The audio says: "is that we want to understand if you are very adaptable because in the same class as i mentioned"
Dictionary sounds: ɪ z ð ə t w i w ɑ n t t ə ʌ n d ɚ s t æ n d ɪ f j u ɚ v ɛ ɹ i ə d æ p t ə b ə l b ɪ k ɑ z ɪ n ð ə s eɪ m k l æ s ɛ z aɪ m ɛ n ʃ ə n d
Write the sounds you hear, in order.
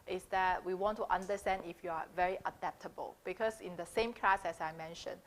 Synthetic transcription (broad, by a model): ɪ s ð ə t w i w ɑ n t t ə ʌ n d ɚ s t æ n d ɪ f j u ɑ v ɛ ɹ i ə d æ p t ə b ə l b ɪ k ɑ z ɪ n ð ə s eɪ m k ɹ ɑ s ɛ s aɪ m ɛ n ʃ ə n